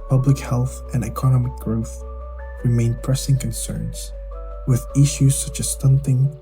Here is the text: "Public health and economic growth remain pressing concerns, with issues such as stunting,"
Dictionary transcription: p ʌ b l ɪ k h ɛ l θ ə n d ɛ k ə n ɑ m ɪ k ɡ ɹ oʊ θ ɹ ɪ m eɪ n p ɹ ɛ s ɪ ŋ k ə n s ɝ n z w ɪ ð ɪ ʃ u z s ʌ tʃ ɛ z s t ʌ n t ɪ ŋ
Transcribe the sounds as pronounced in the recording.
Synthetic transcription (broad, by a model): p ʌ b l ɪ k h ɛ l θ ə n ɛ k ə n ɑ m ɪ k ɡ ɹ oʊ θ ɹ ɪ m eɪ n p ɹ ɛ s ɪ ŋ k ə n s ɝ n z w ɪ ð ɪ ʃ u z s ʌ tʃ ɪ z s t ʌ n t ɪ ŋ